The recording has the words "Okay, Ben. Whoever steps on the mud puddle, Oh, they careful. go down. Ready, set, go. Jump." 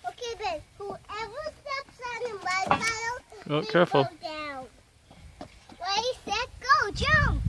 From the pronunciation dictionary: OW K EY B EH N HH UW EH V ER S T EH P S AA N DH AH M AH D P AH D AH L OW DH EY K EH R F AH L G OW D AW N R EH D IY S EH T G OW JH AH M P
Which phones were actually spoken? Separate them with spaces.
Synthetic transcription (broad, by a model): OW K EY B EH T HH UW EH V ER S T EH P S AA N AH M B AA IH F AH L OW K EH R F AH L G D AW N W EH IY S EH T G OW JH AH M